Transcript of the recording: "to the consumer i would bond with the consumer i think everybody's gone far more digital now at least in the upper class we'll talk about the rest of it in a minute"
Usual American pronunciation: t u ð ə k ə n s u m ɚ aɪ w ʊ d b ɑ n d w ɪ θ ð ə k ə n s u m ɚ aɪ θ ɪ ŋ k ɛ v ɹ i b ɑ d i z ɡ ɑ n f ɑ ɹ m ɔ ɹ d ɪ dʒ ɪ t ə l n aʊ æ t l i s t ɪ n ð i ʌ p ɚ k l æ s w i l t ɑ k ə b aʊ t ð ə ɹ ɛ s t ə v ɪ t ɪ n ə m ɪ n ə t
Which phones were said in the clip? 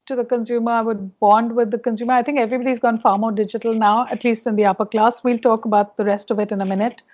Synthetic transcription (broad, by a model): t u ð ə k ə n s u m ɚ aɪ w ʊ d b ɑ n d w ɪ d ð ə k ə n s u m ɚ aɪ t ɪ ŋ k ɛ v ɹ i b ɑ d i z ɡ ɑ n f ɑ ɹ m ɔ ɹ d ɪ dʒ ɪ t ə l n aʊ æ t l i s t ɪ n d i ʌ p ɚ k l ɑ s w i l t ɑ k ə b aʊ t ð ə ɹ ɛ s t ə v ɪ t ɪ n ə m ɪ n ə t